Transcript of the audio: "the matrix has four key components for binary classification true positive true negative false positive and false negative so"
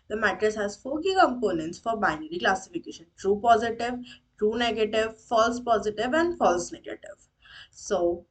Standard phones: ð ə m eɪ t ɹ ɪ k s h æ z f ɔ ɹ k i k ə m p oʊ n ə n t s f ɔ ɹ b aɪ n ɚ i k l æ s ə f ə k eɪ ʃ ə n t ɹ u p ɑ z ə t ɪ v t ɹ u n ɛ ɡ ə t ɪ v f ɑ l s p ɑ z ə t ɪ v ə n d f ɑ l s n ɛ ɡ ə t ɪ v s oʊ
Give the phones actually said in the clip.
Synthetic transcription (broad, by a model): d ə m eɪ t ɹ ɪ s h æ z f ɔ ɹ k i k ə m p oʊ n ə n t s f ɔ ɹ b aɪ n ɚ i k l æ s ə f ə k eɪ ʃ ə n t ɹ u p ɑ z ə t ɪ v t ɹ u n ɛ ɡ ə t ɪ v f ɑ l s p ɑ z ə t ɪ v ə n d f ɑ l s n ɛ ɡ ə t ɪ v s oʊ